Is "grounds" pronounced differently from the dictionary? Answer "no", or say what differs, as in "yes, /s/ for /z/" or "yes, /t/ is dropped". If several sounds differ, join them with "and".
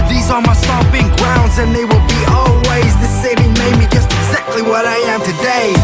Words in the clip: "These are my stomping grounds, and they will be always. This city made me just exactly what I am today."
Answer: no